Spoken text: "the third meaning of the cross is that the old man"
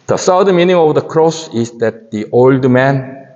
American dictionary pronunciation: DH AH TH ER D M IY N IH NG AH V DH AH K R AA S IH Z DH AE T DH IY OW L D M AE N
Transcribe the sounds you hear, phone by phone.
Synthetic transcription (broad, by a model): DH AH S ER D M IY N IH NG AH V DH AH K R AA S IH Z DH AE T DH IY OW L D M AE N